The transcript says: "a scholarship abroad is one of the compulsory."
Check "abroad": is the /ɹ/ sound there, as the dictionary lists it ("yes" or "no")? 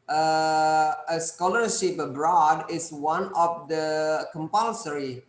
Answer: yes